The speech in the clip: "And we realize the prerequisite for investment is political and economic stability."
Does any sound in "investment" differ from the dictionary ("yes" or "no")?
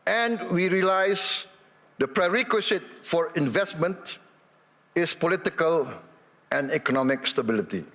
no